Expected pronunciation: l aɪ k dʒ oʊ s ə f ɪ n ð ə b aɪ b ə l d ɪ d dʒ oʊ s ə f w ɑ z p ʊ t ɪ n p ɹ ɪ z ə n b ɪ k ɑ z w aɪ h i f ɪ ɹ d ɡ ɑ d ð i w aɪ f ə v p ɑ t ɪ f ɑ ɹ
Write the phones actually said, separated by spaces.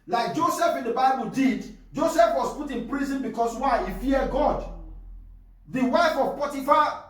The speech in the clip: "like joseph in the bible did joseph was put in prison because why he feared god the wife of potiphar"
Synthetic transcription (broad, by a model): l aɪ k dʒ oʊ s ə f ɪ n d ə b aɪ b ə l d ɪ d dʒ oʊ s ə f w ɑ s p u t ɪ n p ɹ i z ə n b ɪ k ɑ s w aɪ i f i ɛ ɡ ɑ d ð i w aɪ f ə v p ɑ t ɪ f ɑ